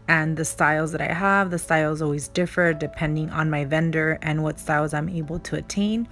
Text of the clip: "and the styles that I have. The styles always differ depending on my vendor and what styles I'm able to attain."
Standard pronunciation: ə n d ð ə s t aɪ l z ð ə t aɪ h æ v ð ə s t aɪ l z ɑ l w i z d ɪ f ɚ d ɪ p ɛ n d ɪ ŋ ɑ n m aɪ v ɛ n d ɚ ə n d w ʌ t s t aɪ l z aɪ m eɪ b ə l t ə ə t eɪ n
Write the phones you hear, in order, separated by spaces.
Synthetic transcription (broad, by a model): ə n ð ə s t aɪ l z ð ə t aɪ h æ v ð ə s t aɪ l z ɑ l w i z d ɪ f ɚ d ɪ p ɛ n d ɪ ŋ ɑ n m aɪ v ɛ n d ɚ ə n w ʌ t s t aɪ l z aɪ m eɪ b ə l t ə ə t eɪ n